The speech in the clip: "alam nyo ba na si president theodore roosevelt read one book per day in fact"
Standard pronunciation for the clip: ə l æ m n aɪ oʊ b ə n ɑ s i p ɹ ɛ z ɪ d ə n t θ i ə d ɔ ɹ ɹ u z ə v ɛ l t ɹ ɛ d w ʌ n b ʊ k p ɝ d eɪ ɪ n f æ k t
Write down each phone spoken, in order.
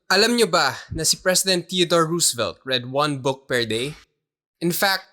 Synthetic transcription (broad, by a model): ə l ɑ m n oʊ b ə n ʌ s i p ɹ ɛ s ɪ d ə n t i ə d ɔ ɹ ɹ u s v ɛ l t ɹ ɛ d w ʌ n b ʊ k p ɝ d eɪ ɪ n f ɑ k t